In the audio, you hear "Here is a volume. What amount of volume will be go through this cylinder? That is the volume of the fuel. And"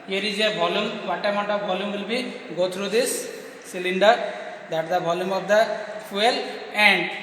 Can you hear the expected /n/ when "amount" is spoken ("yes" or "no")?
no